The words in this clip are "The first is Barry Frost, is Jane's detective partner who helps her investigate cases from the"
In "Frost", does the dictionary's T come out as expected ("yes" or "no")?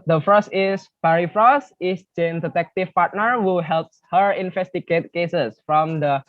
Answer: no